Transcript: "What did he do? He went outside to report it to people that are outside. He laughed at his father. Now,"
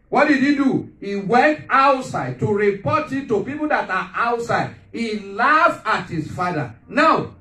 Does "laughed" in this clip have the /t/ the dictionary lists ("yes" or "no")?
no